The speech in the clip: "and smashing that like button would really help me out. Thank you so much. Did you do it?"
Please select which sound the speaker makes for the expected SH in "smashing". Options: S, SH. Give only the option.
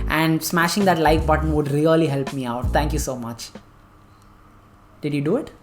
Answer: SH